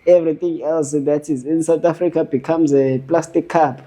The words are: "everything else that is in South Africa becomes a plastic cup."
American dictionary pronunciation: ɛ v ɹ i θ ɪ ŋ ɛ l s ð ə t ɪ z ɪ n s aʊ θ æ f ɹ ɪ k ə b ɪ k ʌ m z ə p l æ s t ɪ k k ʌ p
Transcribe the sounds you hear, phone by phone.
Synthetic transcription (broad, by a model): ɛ v ɹ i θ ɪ ŋ ɛ l s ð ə t ɪ z ɪ n s aʊ t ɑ f ɹ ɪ k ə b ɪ k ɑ m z ə p l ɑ s t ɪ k k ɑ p